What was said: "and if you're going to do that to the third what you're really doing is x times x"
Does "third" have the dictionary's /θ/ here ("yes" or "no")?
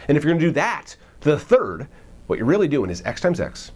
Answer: yes